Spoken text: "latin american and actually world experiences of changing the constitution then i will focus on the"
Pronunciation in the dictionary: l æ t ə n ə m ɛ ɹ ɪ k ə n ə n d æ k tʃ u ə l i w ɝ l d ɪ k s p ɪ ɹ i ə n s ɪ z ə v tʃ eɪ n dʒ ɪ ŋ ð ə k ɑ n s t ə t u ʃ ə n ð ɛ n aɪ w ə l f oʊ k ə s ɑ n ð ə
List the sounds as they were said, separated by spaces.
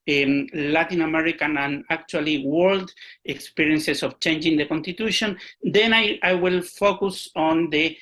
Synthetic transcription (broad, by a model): l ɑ t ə n ə m ɛ ɹ ɪ k ə n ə n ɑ k tʃ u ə l i w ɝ l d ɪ k s p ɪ ɹ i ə n s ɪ s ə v tʃ eɪ n dʒ ɪ ŋ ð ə k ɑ n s t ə t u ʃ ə n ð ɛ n aɪ w ə l f oʊ k ə s ɑ n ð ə